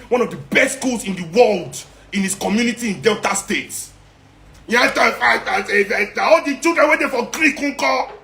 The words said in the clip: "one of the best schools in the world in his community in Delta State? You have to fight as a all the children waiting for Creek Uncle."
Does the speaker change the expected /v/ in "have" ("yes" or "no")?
yes